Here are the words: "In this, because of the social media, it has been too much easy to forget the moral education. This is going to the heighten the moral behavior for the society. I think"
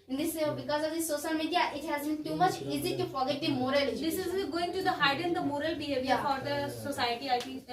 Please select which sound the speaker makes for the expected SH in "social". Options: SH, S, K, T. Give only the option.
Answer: S